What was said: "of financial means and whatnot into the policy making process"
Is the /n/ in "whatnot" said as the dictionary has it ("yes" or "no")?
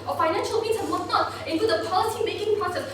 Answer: no